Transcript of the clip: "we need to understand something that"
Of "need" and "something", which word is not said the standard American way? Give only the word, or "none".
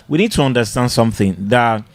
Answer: none